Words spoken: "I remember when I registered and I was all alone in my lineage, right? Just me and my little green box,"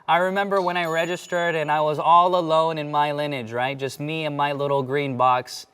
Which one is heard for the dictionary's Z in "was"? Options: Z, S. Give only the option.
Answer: Z